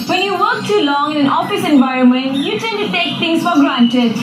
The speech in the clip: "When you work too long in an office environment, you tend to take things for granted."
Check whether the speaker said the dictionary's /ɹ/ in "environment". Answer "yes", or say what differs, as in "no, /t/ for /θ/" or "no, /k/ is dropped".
yes